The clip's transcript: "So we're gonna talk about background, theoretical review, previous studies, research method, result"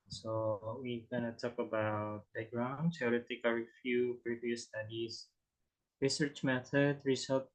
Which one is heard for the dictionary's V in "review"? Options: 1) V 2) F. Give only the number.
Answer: 2